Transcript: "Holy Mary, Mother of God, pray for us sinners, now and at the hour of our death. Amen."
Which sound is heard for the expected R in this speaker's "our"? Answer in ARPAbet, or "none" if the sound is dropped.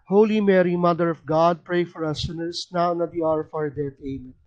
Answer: W